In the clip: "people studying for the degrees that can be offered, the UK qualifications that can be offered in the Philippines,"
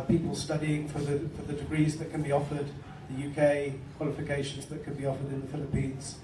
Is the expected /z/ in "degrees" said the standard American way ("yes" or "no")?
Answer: yes